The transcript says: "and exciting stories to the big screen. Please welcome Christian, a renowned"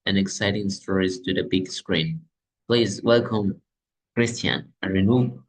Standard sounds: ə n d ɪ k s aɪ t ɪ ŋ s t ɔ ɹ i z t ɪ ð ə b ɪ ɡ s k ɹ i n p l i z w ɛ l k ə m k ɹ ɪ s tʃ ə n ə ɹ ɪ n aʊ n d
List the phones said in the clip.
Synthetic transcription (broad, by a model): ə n ɪ k s aɪ t ɪ ŋ s t ɔ ɹ i z t ɪ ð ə b ɪ ɡ s k ɹ i n p l i z w ɛ l k ə m k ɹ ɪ s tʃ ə n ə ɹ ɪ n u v